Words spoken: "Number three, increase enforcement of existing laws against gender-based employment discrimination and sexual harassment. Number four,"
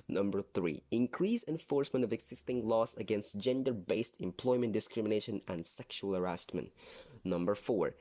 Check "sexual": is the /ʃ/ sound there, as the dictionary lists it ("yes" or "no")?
yes